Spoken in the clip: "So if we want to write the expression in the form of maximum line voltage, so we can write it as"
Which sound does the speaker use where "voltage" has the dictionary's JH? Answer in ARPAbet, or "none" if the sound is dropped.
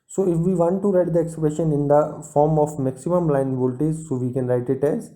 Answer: Z